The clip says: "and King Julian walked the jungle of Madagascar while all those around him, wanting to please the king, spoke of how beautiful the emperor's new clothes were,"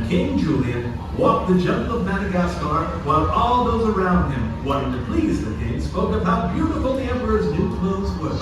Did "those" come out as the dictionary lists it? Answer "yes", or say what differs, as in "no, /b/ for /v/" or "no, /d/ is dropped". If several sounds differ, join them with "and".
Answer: yes